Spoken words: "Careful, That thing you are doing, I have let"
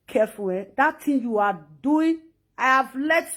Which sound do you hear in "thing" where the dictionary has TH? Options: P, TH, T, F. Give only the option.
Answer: T